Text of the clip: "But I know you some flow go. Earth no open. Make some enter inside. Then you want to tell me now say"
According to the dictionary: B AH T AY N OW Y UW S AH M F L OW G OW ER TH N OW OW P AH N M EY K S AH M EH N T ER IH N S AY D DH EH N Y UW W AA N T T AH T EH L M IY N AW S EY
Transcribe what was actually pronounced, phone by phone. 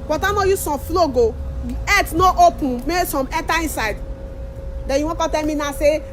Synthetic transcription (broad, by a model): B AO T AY N OW Y UW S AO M F L OW G OW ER T N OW OW P AH N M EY S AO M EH T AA IH N S AY D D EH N Y UW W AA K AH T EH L M IY N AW S EY